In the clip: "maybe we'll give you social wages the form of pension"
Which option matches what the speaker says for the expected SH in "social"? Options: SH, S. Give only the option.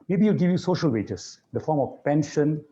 SH